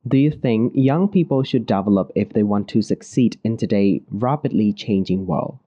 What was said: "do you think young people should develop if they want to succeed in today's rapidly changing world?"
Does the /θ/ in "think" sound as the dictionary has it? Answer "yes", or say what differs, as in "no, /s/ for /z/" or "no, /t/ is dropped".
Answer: yes